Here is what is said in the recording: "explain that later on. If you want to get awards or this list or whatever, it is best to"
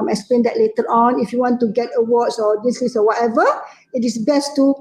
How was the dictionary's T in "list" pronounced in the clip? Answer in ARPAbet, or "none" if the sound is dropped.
none